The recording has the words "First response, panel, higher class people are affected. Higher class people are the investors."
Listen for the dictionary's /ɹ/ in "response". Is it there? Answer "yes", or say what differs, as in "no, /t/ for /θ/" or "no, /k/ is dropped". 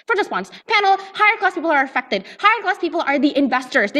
no, /w/ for /ɹ/